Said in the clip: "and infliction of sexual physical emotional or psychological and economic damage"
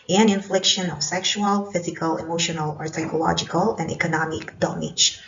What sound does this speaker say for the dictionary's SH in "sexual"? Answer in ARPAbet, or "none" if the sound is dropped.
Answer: SH